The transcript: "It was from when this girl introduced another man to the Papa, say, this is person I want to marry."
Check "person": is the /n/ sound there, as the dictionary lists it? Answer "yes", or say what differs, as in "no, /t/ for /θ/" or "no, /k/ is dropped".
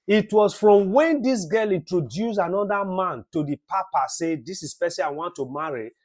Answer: no, /n/ is dropped